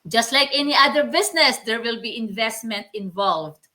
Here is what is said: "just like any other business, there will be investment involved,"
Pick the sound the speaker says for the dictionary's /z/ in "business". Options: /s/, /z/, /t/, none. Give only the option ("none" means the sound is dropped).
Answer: /s/